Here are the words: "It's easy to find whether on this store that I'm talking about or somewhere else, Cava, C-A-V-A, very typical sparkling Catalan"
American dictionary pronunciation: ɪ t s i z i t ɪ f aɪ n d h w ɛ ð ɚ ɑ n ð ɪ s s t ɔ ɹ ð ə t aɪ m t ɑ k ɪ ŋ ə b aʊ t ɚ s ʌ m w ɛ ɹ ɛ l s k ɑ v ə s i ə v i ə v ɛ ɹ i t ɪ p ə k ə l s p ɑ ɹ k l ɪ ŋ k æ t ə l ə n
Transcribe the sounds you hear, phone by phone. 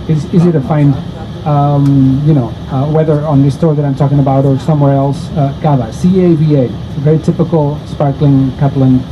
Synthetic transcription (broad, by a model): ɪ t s i z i t ɪ f aɪ n d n w ɛ ð ɚ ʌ n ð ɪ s s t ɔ ɹ ð ə t aɪ m t ɑ k ɪ ŋ ə b aʊ t ɚ s ʌ m w ɛ ɹ ɛ l s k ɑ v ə s i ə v i ə v ɛ ɹ i t ɪ p ə k ə l s p ɑ ɹ k l ɪ ŋ k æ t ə l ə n